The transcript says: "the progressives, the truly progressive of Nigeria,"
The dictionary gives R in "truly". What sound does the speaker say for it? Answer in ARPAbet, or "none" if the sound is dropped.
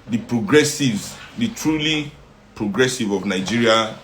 R